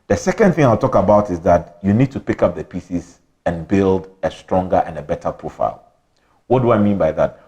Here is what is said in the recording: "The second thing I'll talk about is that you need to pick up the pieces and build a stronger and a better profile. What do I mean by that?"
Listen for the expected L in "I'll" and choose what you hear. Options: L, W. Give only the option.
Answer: L